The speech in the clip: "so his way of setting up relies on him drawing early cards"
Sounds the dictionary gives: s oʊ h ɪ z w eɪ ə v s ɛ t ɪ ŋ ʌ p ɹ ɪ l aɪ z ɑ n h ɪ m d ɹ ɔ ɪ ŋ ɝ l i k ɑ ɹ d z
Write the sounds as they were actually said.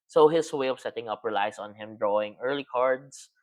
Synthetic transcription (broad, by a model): s oʊ h ɪ s w eɪ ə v s ɛ t ɪ ŋ ʌ p ɹ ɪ l aɪ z ɑ n h ɪ m d ɹ ɔ ɪ ŋ ɝ l i k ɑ ɹ d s